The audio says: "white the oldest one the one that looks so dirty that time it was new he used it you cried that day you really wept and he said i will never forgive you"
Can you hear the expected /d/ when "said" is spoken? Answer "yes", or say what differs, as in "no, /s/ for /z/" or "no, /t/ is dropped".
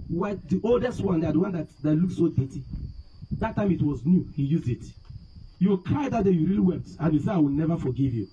no, /d/ is dropped